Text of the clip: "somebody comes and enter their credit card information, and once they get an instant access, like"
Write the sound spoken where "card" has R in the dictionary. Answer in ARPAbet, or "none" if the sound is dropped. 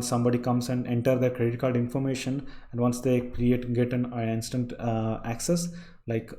L